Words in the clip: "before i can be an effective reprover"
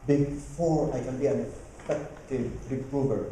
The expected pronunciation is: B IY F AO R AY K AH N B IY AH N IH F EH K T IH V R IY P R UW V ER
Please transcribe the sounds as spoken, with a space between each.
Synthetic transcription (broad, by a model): B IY F AO R AY K AH N B IY AH N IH P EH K T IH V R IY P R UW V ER